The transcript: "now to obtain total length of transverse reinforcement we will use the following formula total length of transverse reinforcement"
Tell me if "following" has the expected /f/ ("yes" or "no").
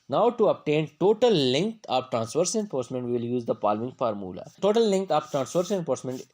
no